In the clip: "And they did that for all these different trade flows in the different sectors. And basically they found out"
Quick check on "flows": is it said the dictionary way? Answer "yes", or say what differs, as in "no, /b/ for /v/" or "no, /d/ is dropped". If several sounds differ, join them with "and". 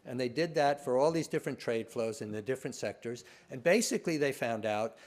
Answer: yes